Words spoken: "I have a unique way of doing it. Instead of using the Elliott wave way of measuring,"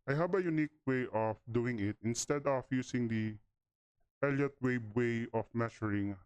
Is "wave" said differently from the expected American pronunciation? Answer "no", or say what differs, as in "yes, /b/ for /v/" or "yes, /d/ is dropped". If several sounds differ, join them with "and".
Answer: yes, /b/ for /v/